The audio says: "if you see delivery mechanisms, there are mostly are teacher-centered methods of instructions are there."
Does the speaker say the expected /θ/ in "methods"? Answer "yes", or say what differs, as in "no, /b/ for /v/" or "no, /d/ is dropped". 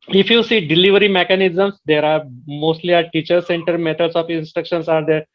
no, /t/ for /θ/